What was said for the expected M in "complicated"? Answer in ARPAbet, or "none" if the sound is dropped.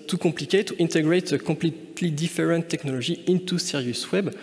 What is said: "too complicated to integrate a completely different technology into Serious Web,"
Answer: none